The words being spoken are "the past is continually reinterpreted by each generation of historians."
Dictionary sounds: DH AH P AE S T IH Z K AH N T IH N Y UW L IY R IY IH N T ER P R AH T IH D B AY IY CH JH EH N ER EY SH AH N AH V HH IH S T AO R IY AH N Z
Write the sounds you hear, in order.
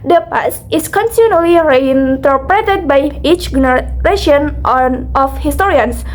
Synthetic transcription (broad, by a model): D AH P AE S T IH S K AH N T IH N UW L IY R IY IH N T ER P R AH T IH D B AY IY CH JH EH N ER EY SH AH N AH F HH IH S T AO R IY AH N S